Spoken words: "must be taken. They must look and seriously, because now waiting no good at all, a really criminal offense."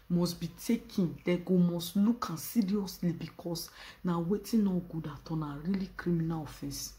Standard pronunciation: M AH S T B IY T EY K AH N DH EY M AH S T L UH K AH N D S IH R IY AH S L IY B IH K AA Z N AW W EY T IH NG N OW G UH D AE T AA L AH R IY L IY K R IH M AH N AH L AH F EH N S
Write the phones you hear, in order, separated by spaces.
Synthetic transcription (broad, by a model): M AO S B IY T EY K AH N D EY M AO S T L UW K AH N S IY R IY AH S L IY B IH K AA S N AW W EY T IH N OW G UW D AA T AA N AH R IY L IY K R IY M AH N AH L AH F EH N S